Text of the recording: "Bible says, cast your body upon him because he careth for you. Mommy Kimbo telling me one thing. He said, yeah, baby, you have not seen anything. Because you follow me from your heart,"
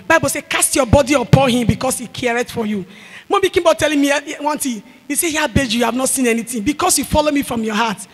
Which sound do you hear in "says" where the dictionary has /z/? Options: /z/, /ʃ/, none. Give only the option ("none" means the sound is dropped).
none